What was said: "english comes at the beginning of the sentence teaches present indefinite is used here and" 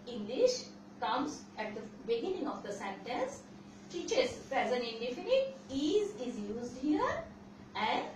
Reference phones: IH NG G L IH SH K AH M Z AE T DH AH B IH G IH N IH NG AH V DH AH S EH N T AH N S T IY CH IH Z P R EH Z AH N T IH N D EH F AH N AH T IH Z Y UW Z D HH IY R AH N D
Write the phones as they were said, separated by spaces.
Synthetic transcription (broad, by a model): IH NG G L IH SH K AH M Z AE T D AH B IH G IH N IH NG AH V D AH S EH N T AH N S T IY CH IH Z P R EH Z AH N IH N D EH F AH N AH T IH Z Y UW Z D HH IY R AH N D